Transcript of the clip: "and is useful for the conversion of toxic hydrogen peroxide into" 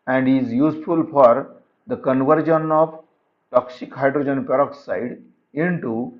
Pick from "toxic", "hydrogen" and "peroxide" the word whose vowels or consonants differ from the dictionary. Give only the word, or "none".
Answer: none